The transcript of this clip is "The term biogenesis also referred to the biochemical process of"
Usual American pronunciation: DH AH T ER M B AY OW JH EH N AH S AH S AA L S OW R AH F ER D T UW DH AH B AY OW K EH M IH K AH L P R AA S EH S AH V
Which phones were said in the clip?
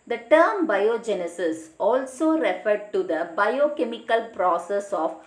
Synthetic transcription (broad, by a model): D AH T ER M B AY OW JH EH N AH S AH S AA L S OW R AH F ER D T UW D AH B AY OW K EH M IH K AH L P R AA S EH S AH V